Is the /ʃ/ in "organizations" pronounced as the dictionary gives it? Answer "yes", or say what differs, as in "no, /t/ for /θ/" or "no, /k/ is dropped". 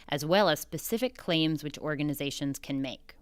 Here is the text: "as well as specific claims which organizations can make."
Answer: yes